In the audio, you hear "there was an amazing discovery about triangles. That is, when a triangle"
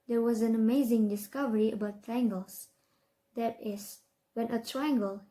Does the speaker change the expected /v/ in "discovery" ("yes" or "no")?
no